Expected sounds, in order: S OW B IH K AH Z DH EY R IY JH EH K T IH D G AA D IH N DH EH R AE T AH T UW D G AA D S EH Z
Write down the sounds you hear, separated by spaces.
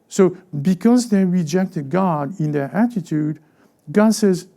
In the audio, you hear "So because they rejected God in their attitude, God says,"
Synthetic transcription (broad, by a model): S OW B IH K AH Z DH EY R IY JH EH K T IH D G AA D IH N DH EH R AE T AH T UW D G AA D S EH Z